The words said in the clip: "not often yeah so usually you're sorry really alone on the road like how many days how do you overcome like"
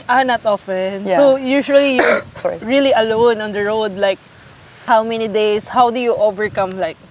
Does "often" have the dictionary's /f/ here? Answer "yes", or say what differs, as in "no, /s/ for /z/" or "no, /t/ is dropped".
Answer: yes